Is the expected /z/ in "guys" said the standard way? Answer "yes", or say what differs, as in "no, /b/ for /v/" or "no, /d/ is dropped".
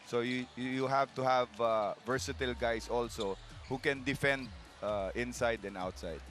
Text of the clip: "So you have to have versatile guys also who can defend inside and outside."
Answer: no, /s/ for /z/